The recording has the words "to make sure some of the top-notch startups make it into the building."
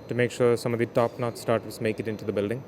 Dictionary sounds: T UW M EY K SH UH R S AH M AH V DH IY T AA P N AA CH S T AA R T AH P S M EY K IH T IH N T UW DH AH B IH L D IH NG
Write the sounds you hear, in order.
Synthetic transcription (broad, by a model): T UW M EY K SH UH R S AH M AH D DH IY T AA P N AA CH S T AA R T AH S M EY K IH T IH N T UW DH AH B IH L D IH NG